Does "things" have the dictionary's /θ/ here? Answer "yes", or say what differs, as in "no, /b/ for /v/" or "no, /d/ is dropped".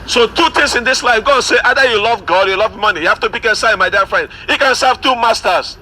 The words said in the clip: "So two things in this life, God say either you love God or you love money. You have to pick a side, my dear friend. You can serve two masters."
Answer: no, /t/ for /θ/